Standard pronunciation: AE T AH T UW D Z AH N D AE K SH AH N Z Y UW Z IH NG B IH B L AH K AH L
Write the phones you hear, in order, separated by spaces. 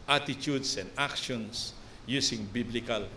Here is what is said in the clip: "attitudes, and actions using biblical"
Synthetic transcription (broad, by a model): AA T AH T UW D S AH N D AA K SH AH N S Y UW S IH NG B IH B L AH K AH L